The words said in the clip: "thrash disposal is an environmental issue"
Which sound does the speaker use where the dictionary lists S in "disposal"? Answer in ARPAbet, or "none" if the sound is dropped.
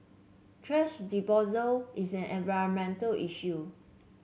none